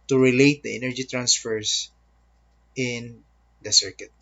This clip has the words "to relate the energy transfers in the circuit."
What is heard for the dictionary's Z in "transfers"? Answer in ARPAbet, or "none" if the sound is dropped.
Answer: S